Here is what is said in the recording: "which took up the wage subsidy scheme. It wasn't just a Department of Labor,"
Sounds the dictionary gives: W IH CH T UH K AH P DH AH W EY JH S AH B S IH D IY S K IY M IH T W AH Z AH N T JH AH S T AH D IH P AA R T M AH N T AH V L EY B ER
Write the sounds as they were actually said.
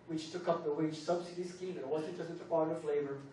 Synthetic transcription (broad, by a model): W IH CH T UH K AH P DH AH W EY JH S AH B S IH D IY S K IY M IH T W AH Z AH T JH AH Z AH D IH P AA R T AH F L EY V ER